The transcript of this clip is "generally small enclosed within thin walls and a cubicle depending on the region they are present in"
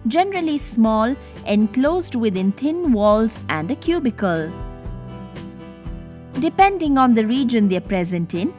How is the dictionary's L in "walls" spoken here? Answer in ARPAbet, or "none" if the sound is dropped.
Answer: L